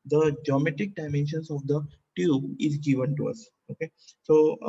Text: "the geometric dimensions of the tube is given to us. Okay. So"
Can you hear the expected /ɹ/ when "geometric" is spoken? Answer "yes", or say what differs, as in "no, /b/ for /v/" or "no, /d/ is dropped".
no, /ɹ/ is dropped